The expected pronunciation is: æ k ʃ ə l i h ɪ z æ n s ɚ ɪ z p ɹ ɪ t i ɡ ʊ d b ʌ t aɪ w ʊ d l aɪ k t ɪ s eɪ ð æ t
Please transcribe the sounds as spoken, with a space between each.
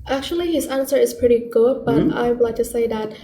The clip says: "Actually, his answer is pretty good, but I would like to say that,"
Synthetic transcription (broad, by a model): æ k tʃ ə l i h ɪ z æ n s ɚ ɪ z p ɹ ɪ t i ɡ ʊ d b ʌ t aɪ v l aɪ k t ɪ s eɪ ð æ t